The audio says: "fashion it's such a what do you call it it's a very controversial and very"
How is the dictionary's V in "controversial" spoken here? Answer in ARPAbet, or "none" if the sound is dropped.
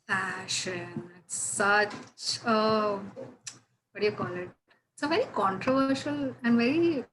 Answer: V